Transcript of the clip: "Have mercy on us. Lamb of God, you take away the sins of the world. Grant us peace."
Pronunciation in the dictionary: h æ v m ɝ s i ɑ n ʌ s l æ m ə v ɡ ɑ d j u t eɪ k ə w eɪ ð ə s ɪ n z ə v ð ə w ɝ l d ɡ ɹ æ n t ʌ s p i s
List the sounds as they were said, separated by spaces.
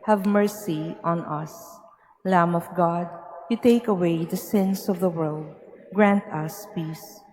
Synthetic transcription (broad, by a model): h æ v m ɝ s i ɑ n ʌ s l æ m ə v ɡ ɑ d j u t eɪ k ə w eɪ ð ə s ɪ n s ə v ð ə w ɝ l d ɡ ɹ æ n t ʌ s p i s